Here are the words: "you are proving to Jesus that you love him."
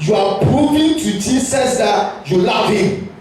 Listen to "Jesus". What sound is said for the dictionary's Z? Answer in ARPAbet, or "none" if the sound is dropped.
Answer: S